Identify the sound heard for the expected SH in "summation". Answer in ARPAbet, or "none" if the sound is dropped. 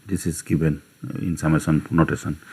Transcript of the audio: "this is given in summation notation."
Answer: S